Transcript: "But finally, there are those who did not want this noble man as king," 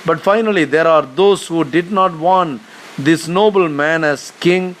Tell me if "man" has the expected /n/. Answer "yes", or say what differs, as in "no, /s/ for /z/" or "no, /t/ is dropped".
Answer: yes